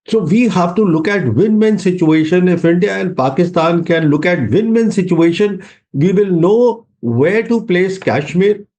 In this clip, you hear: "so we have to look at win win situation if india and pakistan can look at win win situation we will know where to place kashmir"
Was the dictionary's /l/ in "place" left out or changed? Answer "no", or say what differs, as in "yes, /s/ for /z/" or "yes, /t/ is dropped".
no